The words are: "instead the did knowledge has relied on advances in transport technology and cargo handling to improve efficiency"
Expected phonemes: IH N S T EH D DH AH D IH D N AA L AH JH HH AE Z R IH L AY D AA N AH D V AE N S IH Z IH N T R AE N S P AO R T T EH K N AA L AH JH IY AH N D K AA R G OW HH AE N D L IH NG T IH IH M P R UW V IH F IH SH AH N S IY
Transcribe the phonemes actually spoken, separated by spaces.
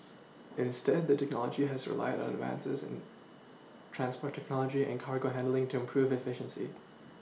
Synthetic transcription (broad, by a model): IH N S T EH D DH AH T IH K N AA L AH JH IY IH Z R IH L AY D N AH D V AE N S IH Z IH N T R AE N S P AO R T T EH K N AA L AH JH IY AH N K AA R G OW HH AE N D L IH NG T IH IH M P R UW V IH F IH SH AH N S IY